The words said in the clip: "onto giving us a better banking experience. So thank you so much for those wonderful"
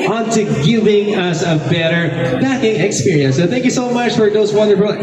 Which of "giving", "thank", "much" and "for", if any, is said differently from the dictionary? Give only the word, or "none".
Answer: none